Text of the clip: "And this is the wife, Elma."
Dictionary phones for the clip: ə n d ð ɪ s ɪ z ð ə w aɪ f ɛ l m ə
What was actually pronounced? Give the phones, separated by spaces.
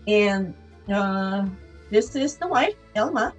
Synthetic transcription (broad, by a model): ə n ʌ ð ɪ s ɪ z ð ə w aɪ ɛ l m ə